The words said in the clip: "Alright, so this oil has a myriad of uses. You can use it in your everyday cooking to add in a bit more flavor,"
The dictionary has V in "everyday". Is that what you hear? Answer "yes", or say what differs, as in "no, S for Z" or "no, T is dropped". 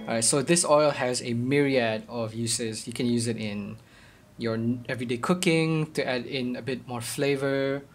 yes